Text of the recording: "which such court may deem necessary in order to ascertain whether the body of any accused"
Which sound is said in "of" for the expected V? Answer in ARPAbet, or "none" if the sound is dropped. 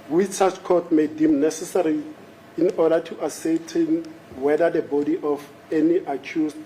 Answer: F